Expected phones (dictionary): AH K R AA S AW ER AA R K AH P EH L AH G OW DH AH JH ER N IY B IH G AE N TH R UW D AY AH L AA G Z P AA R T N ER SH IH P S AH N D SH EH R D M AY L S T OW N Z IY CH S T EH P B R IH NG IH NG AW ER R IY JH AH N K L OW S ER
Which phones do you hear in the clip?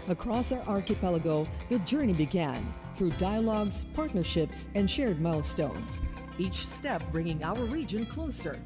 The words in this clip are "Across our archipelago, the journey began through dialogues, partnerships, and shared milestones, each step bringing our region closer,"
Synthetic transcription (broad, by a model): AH K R AA S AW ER AA R K AH P EH L AH G OW DH AH JH ER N IY B IH G AE N TH R UW D AY AH L AA G Z P AA R T N ER SH IH P S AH N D SH EH R D M AY L S T OW N Z IY CH S T EH P B R IH NG IH NG AW ER R IY JH AH N K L OW S ER